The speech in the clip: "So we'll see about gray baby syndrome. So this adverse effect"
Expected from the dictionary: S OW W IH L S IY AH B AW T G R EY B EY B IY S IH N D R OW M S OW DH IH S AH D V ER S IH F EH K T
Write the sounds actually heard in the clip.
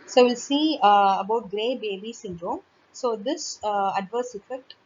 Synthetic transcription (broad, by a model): S OW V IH L S IY AH B AW T G R EY B EY B IY S IH N D R OW M S OW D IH S AH D V ER S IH F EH K T